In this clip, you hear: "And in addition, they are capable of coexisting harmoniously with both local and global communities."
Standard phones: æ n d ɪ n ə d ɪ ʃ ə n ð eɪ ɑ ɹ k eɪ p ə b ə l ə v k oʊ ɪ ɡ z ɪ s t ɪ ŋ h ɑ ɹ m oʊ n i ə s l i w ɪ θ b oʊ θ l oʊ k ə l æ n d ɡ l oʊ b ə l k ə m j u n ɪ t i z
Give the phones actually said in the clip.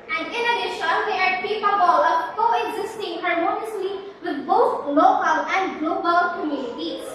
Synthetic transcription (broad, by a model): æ n d ɪ n ə d ɪ ʃ ə n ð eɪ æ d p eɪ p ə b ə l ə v k oʊ ɪ ɡ z ɪ s t ɪ ŋ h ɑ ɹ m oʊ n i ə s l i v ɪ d b oʊ t l oʊ k ə l æ n d ɡ l oʊ b ə l k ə m j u n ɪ t i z